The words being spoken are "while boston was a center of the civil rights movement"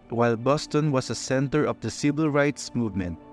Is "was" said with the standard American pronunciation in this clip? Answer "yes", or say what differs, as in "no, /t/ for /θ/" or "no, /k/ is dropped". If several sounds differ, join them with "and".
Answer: no, /s/ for /z/